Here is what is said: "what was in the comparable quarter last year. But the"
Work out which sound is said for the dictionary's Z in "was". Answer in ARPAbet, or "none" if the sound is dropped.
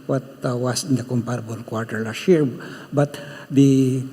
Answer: S